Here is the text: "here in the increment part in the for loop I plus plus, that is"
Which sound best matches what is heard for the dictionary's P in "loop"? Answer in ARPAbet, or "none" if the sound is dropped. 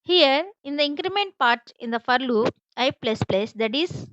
none